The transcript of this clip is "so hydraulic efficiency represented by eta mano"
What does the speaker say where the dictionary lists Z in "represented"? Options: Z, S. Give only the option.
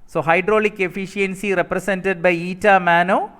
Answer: S